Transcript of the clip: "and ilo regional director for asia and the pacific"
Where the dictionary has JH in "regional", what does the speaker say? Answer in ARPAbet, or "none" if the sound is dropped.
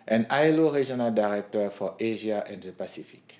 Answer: ZH